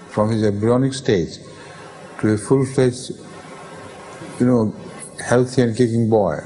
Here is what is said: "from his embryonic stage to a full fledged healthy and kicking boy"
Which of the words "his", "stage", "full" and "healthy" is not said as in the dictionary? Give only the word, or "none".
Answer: healthy